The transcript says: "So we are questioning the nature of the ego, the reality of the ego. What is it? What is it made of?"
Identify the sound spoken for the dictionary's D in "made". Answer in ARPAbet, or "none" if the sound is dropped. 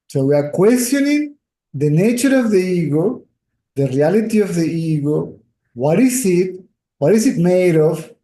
D